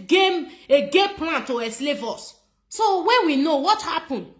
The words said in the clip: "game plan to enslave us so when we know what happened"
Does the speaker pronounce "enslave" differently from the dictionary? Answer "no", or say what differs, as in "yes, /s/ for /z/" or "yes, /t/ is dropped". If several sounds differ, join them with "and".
yes, /n/ is dropped